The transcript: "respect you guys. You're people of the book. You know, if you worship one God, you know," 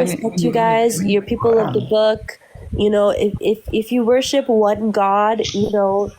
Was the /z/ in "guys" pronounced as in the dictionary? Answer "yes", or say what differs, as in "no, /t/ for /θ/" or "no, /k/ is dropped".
yes